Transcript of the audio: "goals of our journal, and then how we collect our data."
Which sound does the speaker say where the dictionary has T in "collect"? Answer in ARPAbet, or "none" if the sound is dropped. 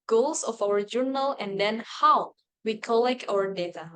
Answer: none